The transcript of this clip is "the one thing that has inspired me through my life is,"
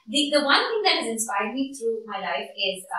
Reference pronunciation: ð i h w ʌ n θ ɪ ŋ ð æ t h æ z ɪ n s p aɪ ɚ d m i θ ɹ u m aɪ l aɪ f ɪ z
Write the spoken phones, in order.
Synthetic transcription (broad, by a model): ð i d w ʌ n t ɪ ŋ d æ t h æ z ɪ n s p aɪ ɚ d m i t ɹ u m aɪ l aɪ f ɪ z